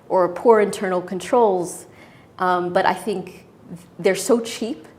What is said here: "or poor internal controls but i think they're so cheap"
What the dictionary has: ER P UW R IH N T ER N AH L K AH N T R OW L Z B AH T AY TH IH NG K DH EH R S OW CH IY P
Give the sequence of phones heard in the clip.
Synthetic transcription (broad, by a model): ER P UW R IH N T ER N L K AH N T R OW L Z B AH T AY TH IH NG K DH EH R S OW CH IY P